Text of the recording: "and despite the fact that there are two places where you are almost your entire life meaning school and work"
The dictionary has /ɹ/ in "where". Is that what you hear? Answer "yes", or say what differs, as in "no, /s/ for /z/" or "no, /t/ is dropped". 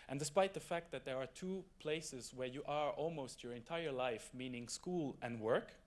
yes